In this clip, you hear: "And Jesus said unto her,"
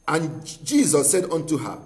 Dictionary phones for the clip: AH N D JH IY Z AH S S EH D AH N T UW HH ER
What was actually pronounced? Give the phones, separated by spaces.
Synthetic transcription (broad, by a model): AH N JH IY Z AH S S EH D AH N T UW HH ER